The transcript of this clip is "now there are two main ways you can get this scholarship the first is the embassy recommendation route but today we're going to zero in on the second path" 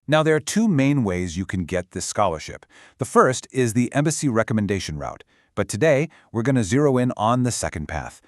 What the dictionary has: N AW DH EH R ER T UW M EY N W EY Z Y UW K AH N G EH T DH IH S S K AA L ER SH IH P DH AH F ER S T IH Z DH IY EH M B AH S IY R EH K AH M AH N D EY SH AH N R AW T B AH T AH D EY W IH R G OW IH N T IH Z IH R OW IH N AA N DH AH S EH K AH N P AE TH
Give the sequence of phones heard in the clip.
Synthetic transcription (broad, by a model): N AW DH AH R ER T UW M EY N W EY Z Y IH K AH N G EH T DH IH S S K AA L ER SH IH P DH AH F ER S T IH Z DH IY EH M B AH S IY R EH K AH M AH N D EY SH AH N R AW T B AH T AH D EY W IH R G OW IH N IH Z IH R OW IH N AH N DH AH S EH K AH N P AE TH